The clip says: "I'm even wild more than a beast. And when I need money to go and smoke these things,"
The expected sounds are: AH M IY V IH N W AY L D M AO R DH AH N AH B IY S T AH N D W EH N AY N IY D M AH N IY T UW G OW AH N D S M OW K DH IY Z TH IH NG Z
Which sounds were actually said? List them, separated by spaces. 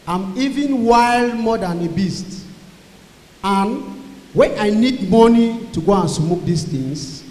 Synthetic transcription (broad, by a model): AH M IY V IH N W AY L D M AO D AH N AH B IY S T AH N W EH N AY N IY D M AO N IY T UW G OW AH N S M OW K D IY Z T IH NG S